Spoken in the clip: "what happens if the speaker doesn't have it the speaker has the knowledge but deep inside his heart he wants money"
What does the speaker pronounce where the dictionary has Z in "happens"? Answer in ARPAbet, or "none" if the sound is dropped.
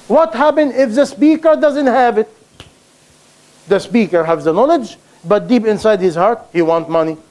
none